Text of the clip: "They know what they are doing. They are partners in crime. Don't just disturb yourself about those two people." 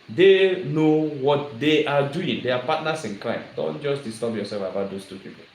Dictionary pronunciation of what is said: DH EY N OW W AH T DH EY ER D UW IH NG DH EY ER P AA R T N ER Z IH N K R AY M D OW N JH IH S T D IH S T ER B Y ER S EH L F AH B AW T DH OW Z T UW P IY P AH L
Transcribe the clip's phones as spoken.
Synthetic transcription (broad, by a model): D EY N OW W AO T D EY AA D UW IH NG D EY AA P AA T N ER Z IH N K L AY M D OW N JH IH S D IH S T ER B Y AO S EH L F AH B AW T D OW S T UW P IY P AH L